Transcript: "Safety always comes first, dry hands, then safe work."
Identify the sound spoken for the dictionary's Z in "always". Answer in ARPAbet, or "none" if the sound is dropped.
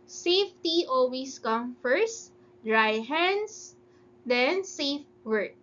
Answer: S